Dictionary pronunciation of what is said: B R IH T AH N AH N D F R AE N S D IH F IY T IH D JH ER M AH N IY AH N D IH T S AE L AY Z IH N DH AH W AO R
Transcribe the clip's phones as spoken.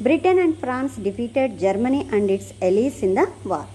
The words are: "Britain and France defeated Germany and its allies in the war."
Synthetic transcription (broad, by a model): B R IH T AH N AH N D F R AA N S D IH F IY T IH D JH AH M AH N IY AH N D IH T S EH L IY S IH N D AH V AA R